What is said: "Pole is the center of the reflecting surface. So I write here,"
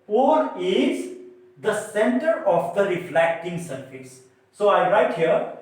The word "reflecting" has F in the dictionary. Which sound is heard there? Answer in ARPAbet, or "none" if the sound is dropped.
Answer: F